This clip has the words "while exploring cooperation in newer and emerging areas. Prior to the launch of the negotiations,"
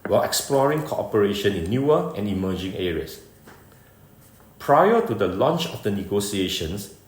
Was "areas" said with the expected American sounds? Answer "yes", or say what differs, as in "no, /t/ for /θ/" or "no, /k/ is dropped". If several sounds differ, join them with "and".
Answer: no, /s/ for /z/